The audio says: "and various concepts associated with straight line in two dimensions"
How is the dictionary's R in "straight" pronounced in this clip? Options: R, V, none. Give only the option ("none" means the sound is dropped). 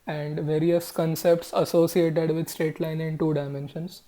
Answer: none